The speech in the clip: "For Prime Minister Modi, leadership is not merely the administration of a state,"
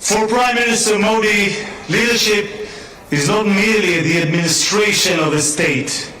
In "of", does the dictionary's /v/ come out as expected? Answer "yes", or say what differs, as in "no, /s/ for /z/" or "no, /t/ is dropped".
yes